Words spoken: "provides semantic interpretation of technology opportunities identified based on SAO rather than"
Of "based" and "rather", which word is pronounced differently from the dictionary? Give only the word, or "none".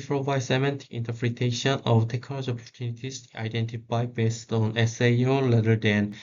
rather